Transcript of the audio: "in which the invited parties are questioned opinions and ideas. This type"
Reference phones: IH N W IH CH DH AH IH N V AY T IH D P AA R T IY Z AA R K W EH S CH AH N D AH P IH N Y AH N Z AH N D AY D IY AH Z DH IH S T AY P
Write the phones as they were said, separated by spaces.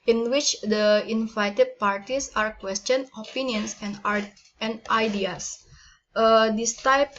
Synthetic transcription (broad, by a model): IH N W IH CH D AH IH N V AY T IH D P AA R T IY S AA R K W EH S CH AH N AH P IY N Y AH N S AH N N AY D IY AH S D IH S T AY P